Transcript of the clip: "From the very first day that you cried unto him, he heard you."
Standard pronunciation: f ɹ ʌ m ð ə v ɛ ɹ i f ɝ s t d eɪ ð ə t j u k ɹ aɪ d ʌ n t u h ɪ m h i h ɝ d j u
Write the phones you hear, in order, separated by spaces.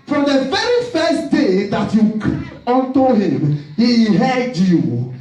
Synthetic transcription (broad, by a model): f ɹ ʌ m ð ə v ɛ ɹ i f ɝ s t d eɪ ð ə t j u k aɪ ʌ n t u h ɪ m h i h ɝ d j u